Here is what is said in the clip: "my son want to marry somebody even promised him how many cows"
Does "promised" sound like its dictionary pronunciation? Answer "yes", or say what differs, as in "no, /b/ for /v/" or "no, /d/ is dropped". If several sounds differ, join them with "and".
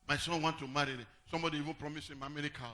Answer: no, /t/ is dropped